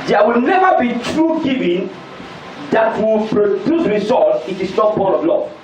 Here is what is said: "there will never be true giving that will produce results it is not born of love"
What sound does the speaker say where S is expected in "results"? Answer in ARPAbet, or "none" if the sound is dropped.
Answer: none